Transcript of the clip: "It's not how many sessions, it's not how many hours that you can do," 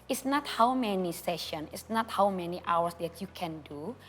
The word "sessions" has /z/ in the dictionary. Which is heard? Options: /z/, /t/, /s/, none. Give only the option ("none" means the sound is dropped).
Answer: none